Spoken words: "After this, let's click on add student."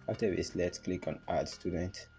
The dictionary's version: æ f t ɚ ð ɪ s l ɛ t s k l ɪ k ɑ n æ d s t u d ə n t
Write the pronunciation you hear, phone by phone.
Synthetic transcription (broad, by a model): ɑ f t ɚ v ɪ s l ɛ t s k l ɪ k ɑ n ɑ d s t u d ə n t